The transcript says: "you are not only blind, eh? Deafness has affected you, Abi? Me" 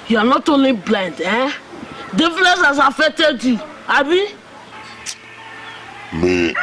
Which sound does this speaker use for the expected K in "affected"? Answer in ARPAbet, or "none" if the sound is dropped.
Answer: none